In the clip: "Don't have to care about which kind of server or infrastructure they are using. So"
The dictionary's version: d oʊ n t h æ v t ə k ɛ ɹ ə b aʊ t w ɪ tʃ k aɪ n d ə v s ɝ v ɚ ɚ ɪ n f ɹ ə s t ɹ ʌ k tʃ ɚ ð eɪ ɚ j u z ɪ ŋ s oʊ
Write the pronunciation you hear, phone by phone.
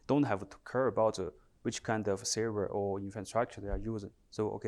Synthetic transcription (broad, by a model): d oʊ n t h æ v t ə k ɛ ɹ ə b aʊ t w ɪ tʃ k aɪ n d ə v s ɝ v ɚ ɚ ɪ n f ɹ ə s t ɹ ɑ k tʃ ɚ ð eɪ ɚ j u z ɪ ŋ s oʊ